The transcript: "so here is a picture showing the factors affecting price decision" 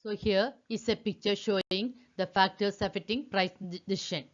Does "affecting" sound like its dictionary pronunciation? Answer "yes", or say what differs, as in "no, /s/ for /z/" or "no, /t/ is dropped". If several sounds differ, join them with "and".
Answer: no, /k/ is dropped